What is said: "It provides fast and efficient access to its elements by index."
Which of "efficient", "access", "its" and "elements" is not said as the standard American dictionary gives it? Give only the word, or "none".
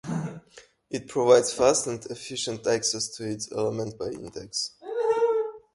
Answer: elements